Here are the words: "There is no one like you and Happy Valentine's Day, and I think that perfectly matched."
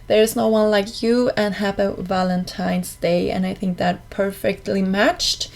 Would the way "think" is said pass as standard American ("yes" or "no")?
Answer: yes